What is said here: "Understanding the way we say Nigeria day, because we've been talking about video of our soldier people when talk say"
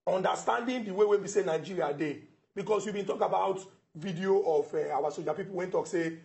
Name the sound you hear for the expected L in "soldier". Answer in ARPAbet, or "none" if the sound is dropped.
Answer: none